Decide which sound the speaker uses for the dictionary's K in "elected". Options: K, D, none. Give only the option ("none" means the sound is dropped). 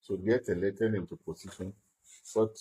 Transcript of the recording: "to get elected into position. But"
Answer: none